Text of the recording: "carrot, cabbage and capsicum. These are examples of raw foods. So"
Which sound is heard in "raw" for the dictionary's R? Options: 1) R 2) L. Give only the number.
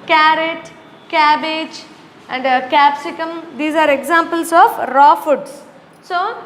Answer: 1